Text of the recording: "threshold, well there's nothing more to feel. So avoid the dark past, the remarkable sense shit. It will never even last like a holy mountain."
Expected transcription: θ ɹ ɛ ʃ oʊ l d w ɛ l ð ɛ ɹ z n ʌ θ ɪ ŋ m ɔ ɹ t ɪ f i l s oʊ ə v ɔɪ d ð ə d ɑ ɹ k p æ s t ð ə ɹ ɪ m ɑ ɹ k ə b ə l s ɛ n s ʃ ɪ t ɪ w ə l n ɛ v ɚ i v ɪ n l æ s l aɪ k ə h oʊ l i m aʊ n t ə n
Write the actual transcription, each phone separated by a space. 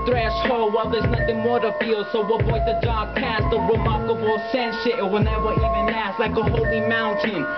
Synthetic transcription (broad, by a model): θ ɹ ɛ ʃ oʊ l w ɛ l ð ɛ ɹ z n ʌ θ ɪ ŋ m ɔ ɹ t ɪ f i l s oʊ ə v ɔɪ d ð ə d ɑ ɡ p æ s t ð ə ɹ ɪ m ɑ ɹ k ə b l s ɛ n ʃ ɪ t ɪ w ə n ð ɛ w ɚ i v ɪ n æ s l aɪ k ə h oʊ l i m aʊ n t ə n